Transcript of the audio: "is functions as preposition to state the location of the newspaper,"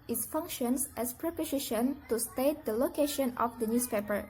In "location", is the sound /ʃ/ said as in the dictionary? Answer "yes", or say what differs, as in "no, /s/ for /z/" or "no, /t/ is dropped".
yes